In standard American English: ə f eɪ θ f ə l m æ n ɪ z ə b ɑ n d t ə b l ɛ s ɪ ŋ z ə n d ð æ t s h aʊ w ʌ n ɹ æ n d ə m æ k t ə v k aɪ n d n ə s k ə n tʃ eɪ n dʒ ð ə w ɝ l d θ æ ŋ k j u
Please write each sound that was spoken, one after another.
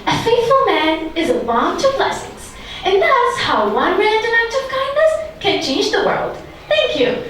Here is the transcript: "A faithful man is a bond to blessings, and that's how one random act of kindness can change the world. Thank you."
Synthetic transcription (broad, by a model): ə f eɪ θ f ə l m æ n ɪ z ə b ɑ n t ə b l ɛ s ɪ ŋ z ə n ð æ t s h aʊ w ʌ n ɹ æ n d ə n æ k t ə v k aɪ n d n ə s k ə n tʃ eɪ n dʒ ð ə w ɝ l d θ æ ŋ k j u